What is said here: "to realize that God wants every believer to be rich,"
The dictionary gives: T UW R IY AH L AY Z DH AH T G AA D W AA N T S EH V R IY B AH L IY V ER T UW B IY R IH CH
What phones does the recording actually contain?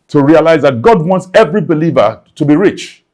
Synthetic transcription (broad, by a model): T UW R IY AH L AY Z DH AH T G AA D W AA N T S EH V R IY B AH L IY V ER T UW B IY R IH CH